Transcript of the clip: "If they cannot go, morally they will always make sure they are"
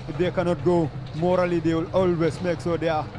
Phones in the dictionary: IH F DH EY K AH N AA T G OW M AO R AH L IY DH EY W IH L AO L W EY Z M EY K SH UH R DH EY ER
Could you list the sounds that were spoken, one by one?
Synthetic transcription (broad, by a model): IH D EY K AH N AA T G OW M AO R AH L IY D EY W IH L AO L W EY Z M EY K S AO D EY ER